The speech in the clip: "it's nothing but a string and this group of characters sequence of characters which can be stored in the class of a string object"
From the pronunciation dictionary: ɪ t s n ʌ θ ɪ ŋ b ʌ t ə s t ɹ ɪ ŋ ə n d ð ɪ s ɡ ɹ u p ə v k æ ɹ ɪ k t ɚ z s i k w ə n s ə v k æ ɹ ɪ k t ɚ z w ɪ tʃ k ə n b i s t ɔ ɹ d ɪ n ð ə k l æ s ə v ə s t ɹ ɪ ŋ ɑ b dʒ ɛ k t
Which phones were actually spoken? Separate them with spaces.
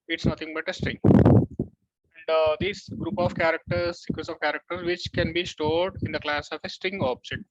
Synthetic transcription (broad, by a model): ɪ t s n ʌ t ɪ ŋ b ʌ t ə s t ɹ ɪ ŋ ə n d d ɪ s ɡ ɹ u p ə v k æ ɹ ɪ k t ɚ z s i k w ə s ə v k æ ɹ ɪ k t ɚ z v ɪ tʃ k ə n b i s t ɔ ɹ d ɪ n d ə k l æ s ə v ə s t ɹ ɪ ŋ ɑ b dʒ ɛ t